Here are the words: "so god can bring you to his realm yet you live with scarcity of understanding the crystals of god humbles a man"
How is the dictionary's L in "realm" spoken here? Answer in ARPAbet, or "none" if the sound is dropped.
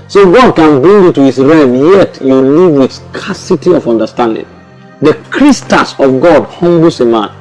none